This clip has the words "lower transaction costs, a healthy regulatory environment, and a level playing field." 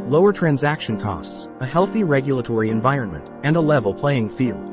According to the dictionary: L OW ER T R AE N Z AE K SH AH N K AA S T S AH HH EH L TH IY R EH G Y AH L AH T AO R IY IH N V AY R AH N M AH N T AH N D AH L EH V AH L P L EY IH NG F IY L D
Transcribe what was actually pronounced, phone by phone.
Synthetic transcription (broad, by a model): L OW ER T R AE N Z AE K SH AH N K AA S T S AH HH EH L TH IY R EH G Y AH L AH T AO R IY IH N V AY R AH N M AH N T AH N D AH L EH V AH L P L EY IH NG F IY L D